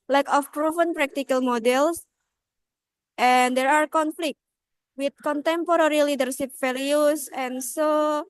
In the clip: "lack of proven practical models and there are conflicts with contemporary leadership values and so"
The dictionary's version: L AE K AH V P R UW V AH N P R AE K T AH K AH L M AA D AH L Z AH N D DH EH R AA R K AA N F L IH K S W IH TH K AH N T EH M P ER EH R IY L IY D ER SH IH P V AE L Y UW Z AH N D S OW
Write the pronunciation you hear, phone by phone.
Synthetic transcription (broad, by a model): L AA K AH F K R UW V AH N P R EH K T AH K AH L M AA D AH L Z AH N D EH R AA R K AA N F L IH K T W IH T K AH N T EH M P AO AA R IY L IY D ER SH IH P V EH L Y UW S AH N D S OW